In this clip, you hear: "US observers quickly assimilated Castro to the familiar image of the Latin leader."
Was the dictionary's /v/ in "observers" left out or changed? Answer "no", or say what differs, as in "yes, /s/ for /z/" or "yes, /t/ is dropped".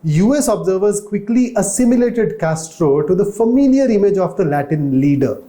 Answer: no